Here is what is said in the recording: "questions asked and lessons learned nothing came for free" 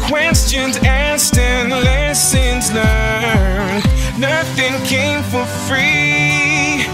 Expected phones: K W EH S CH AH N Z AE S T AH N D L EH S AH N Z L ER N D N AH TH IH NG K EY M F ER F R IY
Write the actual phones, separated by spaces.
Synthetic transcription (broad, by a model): K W EH S CH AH N Z AE S T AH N L EH S AH N Z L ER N N AH TH IH NG K EY M F ER F R IY